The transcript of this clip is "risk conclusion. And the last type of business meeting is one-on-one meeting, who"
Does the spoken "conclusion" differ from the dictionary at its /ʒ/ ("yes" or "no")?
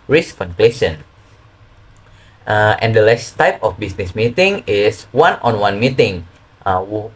yes